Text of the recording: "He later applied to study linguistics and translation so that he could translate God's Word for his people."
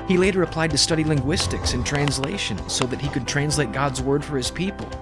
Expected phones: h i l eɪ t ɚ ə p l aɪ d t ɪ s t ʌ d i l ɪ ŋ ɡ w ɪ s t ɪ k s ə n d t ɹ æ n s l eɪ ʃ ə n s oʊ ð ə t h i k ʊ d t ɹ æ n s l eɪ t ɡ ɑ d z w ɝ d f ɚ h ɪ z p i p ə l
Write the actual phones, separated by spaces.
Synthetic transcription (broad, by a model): h i l eɪ t ɚ ə p l aɪ d t ɪ s t ʌ d i l ɪ ŋ ɡ w ɪ s t ɪ k s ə n t ɹ æ n s l eɪ ʃ ə n s oʊ ð ə t h i k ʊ d t ɹ æ n s l eɪ t ɡ ɑ d z w ɝ d f ɚ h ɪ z p i p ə l